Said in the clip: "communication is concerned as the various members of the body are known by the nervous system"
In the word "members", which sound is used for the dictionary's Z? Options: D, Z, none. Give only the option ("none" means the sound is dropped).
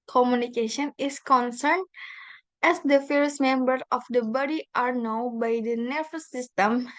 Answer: none